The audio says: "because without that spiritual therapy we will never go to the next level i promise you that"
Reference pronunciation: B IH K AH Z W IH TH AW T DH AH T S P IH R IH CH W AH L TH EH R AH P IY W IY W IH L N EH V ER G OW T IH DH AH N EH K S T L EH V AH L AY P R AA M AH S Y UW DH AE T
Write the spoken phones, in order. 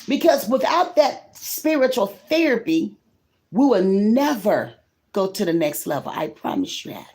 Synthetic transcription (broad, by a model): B IH K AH Z W IH TH AW T DH AH T S P IH R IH CH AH L TH EH R AH P IY W IY W IH L N EH V ER G OW T IH DH AH N EH K S T L EH V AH L AY P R AA M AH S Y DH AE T